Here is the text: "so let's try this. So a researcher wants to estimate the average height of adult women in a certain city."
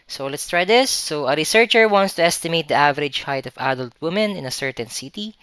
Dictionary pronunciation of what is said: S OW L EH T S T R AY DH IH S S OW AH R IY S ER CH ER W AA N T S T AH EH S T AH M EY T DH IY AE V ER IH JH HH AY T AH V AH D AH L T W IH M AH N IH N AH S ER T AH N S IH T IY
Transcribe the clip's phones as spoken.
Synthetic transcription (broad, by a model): S OW L EH T S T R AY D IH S S OW AH R IY S ER CH ER W AA N T S T AH EH S T AH M EY T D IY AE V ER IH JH HH AY T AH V AH D AH L T W IH M AH N IH N AH S ER T AH N S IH T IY